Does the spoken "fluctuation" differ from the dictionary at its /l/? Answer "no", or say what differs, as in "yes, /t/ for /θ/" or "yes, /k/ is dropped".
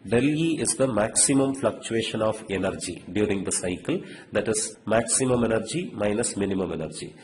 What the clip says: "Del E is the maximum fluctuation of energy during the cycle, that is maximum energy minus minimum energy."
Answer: no